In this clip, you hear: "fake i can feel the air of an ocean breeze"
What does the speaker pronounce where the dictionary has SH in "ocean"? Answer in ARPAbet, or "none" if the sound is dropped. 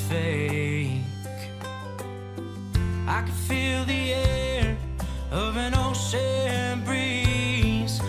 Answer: S